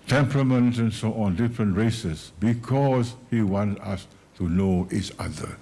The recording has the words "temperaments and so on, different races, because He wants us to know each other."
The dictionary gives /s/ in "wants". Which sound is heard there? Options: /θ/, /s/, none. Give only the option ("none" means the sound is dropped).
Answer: none